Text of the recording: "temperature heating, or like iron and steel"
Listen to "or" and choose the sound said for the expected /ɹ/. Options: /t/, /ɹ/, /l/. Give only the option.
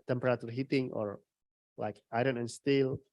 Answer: /ɹ/